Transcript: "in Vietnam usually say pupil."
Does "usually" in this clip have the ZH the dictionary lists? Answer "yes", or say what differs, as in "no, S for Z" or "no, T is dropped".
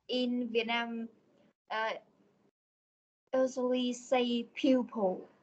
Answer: no, Z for ZH